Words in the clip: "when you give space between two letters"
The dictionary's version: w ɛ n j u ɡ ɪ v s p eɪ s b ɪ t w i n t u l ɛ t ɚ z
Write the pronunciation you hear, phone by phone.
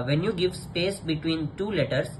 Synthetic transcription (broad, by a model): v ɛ n j u ɡ ɪ v s p eɪ s b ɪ t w i n t u l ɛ t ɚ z